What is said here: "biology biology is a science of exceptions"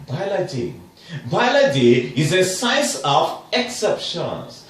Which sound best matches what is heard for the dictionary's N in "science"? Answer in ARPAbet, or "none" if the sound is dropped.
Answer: none